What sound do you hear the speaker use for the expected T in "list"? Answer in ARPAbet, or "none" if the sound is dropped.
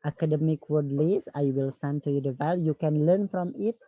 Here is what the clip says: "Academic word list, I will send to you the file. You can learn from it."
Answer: none